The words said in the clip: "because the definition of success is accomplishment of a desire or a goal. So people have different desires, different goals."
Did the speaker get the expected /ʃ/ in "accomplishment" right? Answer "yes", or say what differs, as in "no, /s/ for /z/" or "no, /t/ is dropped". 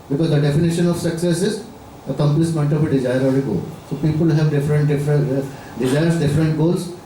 no, /s/ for /ʃ/